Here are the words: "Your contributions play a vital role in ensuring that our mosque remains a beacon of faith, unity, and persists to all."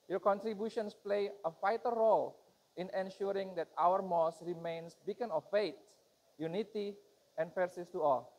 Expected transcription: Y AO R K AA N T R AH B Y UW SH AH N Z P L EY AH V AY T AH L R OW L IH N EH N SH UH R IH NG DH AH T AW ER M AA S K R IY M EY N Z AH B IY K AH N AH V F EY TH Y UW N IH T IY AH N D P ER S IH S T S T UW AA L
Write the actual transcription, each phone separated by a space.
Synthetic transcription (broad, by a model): Y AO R K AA N T R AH B Y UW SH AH N S P L EY AH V AY T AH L R OW L IH N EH N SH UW R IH NG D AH T AW ER M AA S R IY M EY N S B IY K AH N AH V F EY T Y UW N IH T IY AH N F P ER S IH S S T UW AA L